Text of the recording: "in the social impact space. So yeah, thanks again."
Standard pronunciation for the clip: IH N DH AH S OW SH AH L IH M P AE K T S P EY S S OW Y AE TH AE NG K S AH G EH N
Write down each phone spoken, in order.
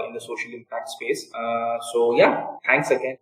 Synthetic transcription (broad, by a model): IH N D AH S OW SH AH L IH M P AE K T S P EY S S OW Y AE T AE NG K S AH G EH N